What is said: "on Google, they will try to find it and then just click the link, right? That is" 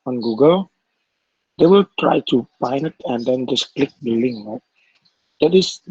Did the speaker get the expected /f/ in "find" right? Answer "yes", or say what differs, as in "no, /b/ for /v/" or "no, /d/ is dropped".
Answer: no, /p/ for /f/